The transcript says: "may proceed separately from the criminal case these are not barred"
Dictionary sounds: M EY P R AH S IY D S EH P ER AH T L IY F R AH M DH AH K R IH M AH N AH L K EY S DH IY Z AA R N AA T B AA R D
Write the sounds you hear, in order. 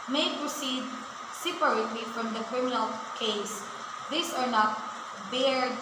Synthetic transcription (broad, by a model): M EY P R AH S IY D S EH P ER AH T L IY F R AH M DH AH K R IH M AH N AH L K EY S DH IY S AA R N AA T B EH R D